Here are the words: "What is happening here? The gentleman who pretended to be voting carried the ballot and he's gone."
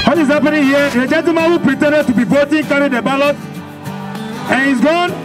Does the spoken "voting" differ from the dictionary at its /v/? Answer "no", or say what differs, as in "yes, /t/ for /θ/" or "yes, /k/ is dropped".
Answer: yes, /b/ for /v/